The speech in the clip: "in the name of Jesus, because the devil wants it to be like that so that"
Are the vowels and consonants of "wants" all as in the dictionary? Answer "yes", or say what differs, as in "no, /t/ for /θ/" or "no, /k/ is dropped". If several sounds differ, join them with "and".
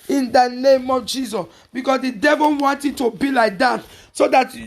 no, /s/ is dropped